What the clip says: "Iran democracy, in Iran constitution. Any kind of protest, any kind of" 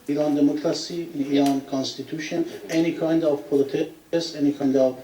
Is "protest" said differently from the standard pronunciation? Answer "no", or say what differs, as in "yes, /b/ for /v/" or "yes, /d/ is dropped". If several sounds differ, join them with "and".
yes, /l/ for /ɹ/ and /t/ is dropped